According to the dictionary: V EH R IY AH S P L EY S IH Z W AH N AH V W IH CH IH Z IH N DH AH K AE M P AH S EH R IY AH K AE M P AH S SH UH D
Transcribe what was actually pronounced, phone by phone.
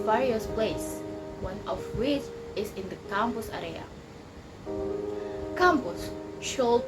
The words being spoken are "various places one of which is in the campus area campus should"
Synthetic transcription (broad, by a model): V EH R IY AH S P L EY IH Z W AH N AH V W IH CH IH Z IH N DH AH K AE M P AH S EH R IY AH K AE M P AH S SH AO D